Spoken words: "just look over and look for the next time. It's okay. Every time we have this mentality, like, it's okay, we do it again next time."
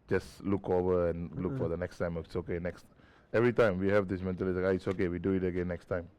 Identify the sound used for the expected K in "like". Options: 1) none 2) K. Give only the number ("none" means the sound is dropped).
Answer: 1